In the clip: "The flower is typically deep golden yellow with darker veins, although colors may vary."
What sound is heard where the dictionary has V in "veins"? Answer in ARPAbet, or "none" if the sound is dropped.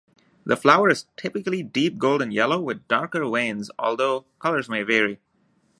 W